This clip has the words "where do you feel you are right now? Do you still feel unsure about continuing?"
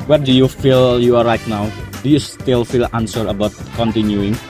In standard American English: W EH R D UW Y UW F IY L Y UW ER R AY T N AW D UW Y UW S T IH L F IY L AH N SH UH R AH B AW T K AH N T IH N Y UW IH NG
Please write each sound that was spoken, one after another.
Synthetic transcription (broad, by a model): W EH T D UW Y UW F IY L Y UW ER R AY T N AW D UW Y UW S T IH L F IY L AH N S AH R AH B AW T K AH N T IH N Y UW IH NG